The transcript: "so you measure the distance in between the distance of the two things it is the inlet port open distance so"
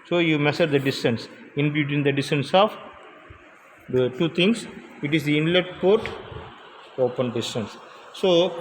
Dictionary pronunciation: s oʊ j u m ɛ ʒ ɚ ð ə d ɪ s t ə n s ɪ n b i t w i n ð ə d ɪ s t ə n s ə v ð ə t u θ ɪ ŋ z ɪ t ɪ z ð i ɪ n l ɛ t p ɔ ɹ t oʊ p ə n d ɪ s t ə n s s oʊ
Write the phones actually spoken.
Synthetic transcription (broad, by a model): s oʊ j u m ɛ s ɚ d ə d ɪ s t ə n s ɪ n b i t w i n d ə d ɪ s t ə n s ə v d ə t u t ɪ ŋ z ɪ t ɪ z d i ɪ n l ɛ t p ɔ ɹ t oʊ p ə n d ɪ s t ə n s s oʊ